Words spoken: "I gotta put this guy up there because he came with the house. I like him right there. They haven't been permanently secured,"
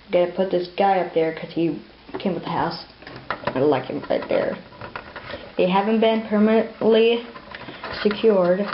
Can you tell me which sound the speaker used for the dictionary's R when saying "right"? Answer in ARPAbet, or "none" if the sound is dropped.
R